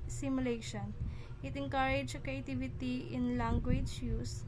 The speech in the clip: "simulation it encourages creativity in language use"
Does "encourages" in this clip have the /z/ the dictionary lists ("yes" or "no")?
no